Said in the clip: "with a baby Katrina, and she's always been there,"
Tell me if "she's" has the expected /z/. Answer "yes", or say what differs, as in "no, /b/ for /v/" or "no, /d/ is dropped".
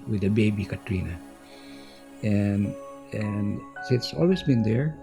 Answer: no, /s/ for /z/